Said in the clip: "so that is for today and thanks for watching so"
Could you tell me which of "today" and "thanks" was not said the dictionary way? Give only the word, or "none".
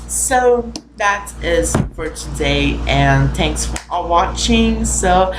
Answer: none